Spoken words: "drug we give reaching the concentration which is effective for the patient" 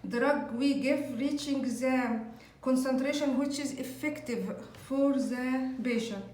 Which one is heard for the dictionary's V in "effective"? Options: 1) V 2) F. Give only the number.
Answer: 1